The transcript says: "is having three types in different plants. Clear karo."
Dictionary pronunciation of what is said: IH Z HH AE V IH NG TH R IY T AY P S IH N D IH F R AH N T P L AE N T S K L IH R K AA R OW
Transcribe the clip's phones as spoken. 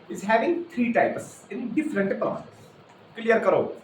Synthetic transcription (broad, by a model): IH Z HH AE V IH NG T R IY T AY P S IH N D IH F R AH N T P AH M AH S K L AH R K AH R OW